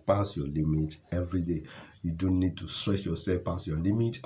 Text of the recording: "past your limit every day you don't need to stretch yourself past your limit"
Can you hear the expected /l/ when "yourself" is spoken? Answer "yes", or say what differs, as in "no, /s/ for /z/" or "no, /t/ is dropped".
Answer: no, /l/ is dropped